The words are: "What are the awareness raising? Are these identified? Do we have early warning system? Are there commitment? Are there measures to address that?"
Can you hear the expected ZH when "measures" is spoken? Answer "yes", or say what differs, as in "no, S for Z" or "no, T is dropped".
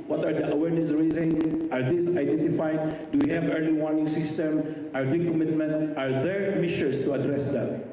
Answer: no, SH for ZH